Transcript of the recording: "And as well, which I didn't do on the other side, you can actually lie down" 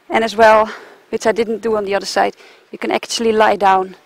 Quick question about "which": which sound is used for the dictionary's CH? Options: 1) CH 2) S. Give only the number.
2